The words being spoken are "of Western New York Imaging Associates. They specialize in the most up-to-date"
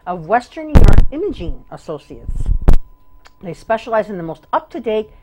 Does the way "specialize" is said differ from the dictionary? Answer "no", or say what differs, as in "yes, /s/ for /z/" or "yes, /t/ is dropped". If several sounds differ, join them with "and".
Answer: no